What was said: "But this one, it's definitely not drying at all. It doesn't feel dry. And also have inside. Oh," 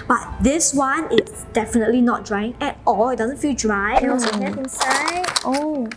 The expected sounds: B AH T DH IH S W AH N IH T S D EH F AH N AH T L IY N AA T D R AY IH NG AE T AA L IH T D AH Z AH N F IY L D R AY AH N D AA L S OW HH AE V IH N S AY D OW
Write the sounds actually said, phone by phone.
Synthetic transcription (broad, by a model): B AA T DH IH S W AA N IH T S D EH F AH N AH T L IY N AA T D R AY IH NG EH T AA L IH T D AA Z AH N F IY L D R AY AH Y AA S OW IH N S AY OW